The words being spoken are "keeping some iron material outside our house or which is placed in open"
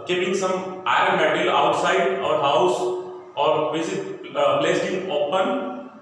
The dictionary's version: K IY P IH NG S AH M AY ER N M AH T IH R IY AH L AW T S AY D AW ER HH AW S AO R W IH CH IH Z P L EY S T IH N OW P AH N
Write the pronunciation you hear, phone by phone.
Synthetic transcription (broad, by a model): K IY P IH NG S AH M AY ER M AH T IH L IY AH T S AY D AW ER HH AW S AO R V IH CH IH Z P L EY S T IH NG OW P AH N